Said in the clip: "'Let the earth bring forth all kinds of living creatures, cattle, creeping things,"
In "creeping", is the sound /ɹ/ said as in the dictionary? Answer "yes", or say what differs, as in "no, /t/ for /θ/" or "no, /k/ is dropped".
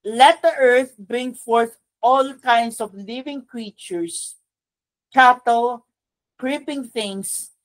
yes